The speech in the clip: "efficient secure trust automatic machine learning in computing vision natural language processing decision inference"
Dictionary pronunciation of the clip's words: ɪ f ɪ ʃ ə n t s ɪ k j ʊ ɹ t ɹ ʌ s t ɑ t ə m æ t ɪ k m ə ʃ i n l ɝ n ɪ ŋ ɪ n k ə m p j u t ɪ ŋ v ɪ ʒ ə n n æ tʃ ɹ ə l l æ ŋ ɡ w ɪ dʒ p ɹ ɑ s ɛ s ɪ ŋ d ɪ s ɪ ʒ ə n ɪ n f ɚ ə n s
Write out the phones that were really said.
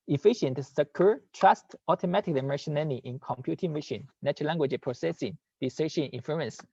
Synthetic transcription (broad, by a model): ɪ f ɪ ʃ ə n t s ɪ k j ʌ ɹ t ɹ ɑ s t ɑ t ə m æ t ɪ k m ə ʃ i n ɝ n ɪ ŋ ɪ n k ə m p j u t ɪ ŋ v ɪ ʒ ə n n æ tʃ ə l l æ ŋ ɡ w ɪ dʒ p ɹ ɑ s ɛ s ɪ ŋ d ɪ s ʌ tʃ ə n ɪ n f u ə n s